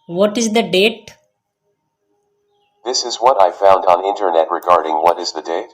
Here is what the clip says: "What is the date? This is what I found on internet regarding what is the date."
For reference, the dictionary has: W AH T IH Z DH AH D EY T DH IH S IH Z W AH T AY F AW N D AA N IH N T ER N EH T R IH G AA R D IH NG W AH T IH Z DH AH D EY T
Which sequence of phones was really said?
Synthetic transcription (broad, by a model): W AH T IH Z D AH D EY T DH IH S IH Z W AH T AY F AW N D N IH N T ER N EH T R IH G AA R D IH NG W AH T IH Z DH AH D EY T